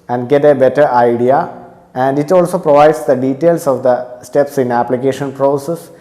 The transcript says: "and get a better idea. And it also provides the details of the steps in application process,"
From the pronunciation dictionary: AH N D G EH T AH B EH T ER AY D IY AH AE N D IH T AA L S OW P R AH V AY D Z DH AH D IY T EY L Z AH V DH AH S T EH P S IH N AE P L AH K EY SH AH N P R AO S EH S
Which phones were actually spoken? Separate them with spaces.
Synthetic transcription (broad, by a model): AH N D G EH T AH B EH T ER AY D IY AH AE N D IH T AA L S OW P R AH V AY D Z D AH D IY T EY L S AH V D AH S T EH P S IH N AE P L AH K EY SH AH N P R AO S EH S